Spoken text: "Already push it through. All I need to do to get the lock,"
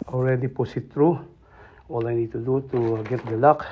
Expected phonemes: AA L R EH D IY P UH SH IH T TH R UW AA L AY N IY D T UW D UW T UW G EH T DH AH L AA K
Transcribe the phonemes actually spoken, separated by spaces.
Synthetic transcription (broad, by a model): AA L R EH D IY P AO S IH T T R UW AA L AY N IY D T UW D UW T UW G EH T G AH L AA K